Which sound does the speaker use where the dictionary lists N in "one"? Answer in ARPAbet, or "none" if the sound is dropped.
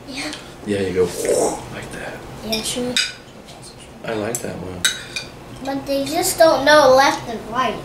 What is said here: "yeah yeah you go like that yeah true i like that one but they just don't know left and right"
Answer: L